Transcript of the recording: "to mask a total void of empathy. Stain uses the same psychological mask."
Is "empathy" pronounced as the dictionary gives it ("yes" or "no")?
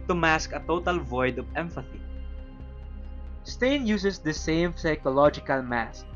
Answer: no